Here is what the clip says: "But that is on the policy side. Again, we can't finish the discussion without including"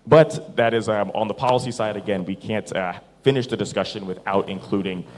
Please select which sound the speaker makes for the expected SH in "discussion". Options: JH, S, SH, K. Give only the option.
SH